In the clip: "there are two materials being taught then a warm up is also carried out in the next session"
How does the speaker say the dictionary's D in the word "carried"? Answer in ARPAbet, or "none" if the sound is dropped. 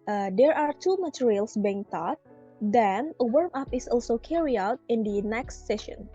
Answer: none